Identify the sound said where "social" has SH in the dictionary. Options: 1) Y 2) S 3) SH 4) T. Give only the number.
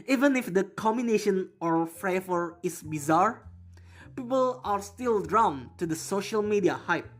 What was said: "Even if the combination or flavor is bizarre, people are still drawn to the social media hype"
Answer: 3